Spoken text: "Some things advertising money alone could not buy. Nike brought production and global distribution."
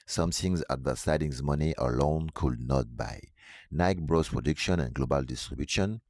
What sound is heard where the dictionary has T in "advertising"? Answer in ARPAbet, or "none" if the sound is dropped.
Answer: S